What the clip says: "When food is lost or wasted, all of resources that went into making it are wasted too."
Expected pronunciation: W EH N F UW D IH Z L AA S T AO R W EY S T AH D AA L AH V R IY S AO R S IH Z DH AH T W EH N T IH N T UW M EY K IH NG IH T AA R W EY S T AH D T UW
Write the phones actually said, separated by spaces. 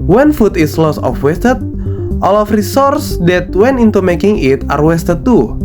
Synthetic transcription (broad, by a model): W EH N F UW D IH S L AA S AO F W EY S T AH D AA L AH F R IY S AO R S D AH T W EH N IH N T UW M EY K IH NG IH T AA R W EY S T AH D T UW